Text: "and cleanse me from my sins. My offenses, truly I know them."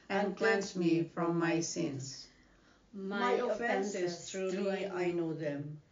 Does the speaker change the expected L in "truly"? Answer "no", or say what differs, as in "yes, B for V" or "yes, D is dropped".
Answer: yes, L is dropped